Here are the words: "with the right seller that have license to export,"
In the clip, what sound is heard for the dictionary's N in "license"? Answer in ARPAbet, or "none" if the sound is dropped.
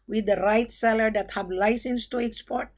N